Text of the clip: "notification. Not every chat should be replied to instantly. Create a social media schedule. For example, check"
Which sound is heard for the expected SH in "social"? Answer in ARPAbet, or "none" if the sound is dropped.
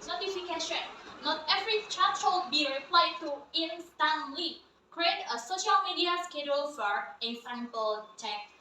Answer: SH